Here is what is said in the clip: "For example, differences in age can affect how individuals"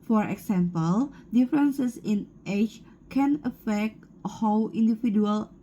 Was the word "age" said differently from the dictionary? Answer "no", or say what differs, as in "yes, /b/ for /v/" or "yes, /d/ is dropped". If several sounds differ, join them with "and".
yes, /tʃ/ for /dʒ/